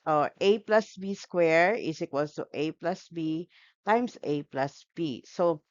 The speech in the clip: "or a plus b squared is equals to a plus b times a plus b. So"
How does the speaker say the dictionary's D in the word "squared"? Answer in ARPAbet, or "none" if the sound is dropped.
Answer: none